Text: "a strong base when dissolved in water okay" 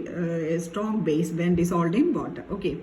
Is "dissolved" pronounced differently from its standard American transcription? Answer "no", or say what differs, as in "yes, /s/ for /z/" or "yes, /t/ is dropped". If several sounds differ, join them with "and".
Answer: yes, /s/ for /z/ and /v/ is dropped